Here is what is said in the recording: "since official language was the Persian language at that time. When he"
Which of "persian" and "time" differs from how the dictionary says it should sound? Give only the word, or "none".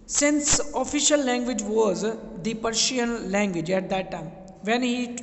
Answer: persian